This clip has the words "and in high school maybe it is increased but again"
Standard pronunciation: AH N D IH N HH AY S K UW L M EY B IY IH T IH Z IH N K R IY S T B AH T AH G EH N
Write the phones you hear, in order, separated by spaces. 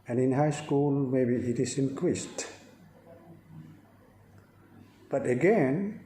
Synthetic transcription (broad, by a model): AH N IH N HH AY S K UW L M EY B IY IH T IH S IH N K R IY S T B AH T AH G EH N